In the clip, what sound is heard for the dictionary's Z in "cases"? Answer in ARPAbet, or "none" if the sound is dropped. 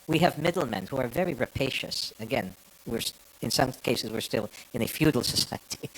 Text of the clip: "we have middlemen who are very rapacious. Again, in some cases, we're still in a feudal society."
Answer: Z